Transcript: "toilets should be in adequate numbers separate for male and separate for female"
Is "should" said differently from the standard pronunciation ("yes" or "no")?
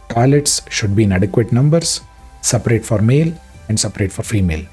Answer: no